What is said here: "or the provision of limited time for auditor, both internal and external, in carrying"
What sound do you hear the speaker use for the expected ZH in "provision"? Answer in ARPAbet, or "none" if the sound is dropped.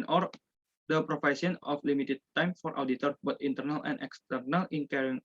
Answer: S